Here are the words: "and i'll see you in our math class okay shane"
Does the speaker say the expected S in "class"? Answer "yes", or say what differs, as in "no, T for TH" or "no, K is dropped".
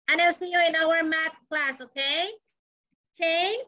yes